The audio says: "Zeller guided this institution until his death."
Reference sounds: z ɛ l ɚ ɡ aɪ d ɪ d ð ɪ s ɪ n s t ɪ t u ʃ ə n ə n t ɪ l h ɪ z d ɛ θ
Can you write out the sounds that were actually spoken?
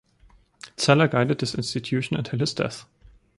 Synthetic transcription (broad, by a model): s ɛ l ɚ ɡ aɪ d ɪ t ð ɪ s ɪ n s t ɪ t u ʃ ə n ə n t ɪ l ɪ s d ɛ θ